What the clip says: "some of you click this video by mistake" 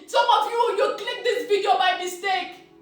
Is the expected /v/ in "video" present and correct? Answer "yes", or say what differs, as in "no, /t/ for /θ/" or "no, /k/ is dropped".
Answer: no, /b/ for /v/